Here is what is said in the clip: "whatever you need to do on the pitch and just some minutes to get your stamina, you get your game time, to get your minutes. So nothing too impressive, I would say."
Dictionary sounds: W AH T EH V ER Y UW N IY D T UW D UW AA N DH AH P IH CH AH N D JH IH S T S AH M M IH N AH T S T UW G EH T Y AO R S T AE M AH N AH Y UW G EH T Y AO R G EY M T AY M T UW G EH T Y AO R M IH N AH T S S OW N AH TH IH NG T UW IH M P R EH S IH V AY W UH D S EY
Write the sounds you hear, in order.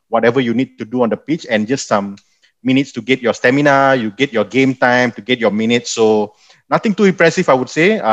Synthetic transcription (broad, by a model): W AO T EH V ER Y UW N IY D T UW D UW AA N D AH P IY CH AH N JH IH S T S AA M M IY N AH T S T UW G EH T Y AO S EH M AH N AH Y UW G EH T Y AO G EY M T AY M T UW G EH T Y AO M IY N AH T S S OW N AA T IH NG T UW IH M P R EH S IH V AY W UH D S EY